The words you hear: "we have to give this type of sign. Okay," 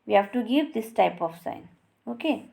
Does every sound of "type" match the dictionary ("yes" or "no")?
yes